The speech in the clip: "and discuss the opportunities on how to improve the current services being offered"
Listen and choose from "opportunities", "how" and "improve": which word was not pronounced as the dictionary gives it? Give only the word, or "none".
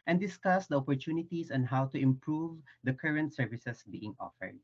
opportunities